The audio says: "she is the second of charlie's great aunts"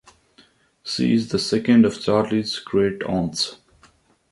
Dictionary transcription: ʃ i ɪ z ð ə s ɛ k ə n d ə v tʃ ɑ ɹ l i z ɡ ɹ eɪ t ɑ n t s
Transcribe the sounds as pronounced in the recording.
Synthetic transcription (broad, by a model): s i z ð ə s ɛ k ə n d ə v tʃ ɑ ɹ l i z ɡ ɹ eɪ t ɑ n t s